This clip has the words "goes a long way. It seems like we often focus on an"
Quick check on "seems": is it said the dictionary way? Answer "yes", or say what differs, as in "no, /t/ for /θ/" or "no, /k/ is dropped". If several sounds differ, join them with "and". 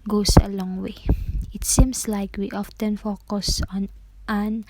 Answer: no, /s/ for /z/